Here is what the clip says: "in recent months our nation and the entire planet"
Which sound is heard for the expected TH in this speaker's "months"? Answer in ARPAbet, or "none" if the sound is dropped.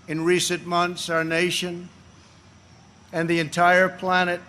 TH